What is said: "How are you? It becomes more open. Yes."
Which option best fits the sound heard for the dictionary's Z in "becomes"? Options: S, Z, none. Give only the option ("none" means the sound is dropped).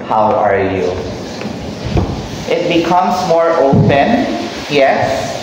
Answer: S